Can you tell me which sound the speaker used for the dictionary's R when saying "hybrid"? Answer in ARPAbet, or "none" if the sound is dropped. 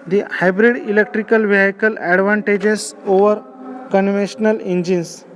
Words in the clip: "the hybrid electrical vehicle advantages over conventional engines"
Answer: R